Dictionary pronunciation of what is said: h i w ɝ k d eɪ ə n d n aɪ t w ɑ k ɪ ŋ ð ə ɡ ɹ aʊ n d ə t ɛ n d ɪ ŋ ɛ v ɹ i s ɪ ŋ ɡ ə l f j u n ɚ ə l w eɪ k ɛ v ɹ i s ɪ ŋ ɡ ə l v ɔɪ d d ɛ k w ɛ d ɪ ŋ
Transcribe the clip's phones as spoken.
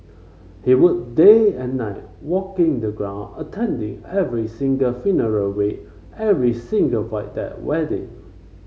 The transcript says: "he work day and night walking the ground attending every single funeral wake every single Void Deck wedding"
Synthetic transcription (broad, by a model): h i w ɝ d d eɪ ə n n aɪ t w ɑ k ɪ ŋ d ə ɡ ɹ aʊ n ə t ɛ n d ɪ ŋ ɛ v ɹ i s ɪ ŋ ɡ ə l f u n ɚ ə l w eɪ ɛ v ɹ i s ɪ ŋ ɡ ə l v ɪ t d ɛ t w ɛ d ɪ ŋ